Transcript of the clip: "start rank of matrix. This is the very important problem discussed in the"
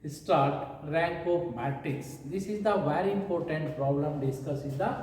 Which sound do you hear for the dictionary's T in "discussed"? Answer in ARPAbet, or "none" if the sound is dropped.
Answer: none